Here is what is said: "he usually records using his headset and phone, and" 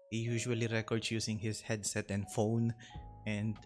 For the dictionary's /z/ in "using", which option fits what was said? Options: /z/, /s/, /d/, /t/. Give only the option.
/s/